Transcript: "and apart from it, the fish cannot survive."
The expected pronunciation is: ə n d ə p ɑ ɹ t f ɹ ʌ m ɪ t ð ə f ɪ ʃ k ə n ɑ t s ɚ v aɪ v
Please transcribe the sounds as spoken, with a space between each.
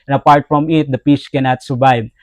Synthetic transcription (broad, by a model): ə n ə p ɑ ɹ t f ɹ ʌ m ɪ t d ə p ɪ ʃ k ə n ɑ t s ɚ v aɪ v